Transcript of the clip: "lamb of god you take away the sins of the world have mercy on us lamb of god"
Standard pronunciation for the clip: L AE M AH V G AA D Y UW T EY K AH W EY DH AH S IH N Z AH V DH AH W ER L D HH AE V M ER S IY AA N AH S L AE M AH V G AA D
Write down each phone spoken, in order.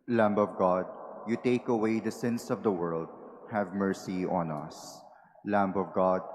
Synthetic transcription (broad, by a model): L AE M AH V G AA D Y UW T EY K AH W EY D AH S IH N S AH V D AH W ER L D HH AE V M ER S IY AA N AH S L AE M AH V G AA D